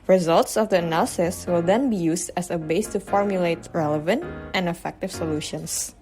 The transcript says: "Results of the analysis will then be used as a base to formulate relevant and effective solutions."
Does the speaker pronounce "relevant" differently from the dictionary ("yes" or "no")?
no